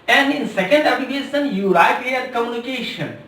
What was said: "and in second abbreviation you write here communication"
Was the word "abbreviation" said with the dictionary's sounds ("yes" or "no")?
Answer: no